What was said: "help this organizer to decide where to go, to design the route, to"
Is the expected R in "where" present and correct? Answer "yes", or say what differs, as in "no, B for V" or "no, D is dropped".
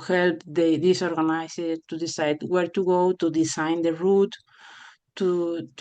yes